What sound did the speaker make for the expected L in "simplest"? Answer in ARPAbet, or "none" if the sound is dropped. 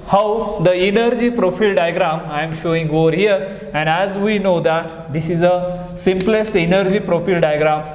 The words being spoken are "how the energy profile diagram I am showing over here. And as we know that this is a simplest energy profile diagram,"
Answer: L